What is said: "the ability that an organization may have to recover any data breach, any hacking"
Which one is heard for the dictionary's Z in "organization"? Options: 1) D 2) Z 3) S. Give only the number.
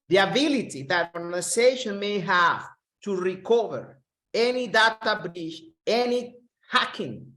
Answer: 3